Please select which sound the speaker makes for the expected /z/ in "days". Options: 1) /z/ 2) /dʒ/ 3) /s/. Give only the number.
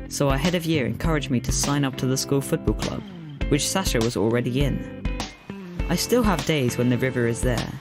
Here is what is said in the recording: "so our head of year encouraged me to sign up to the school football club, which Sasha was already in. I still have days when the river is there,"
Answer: 1